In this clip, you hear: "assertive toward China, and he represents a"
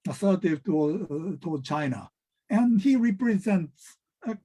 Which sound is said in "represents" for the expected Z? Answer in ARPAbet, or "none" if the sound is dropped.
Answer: Z